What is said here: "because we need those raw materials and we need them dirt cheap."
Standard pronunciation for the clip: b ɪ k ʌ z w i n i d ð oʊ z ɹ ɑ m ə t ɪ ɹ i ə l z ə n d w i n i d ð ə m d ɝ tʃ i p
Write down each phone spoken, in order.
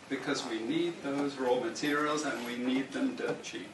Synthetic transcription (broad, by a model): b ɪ k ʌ z w i n i d ð oʊ z ɹ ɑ m ə t ɪ ɹ i ə l z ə n w i n i d ð ə m d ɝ tʃ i